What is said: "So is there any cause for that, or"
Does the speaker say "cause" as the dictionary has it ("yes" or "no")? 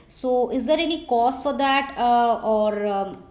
no